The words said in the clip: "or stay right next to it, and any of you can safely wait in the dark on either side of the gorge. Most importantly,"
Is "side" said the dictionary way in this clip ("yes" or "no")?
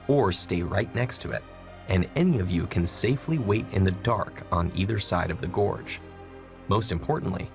yes